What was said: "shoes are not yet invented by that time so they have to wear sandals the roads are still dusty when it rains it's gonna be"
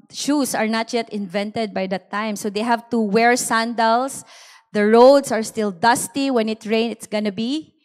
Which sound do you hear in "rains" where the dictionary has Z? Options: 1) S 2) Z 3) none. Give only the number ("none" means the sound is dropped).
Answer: 3